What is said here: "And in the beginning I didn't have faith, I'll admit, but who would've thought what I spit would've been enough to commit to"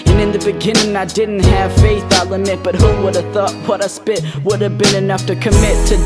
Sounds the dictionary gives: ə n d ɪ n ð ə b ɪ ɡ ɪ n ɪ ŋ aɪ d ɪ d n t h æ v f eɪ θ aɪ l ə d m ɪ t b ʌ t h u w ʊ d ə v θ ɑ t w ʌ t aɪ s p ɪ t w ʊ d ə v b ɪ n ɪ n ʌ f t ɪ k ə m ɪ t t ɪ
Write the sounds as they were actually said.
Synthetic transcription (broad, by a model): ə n ɪ n ð ə b ɪ ɡ ɪ n ɪ ŋ aɪ d ɪ d n t h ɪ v f eɪ θ aɪ l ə m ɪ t b ʌ t h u w ʊ d ə v θ ɑ t w ʌ t aɪ s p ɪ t w ʊ d ə v b ɪ n ɪ n ʌ f t ɪ k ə m ɪ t t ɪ